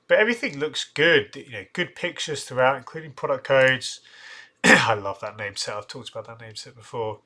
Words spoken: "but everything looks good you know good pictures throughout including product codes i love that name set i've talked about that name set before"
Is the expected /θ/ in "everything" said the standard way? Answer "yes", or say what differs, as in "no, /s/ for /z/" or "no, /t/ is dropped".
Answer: yes